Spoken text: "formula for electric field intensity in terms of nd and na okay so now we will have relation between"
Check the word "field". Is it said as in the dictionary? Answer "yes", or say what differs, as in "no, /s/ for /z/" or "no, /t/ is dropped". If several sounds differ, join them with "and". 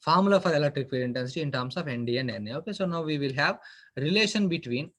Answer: no, /d/ is dropped